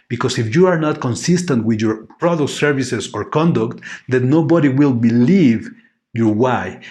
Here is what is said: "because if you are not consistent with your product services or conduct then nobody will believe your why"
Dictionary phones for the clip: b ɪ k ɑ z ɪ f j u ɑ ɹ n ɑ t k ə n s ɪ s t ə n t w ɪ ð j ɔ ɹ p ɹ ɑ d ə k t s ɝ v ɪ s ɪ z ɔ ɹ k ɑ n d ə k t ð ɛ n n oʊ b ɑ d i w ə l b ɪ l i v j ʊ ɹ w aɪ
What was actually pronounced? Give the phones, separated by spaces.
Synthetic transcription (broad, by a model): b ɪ k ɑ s ɪ f j u ɑ ɹ n ɑ t k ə n s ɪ s t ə n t w ɪ ð j ɔ ɹ p ɹ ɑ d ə k t s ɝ v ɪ s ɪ s ɔ ɹ k ɑ n d ə k t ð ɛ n n oʊ b ɑ d i w ə l b ɪ l i v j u w aɪ